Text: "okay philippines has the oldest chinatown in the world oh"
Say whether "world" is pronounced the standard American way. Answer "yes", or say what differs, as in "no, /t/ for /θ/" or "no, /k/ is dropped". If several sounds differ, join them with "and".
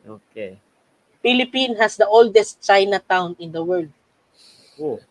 yes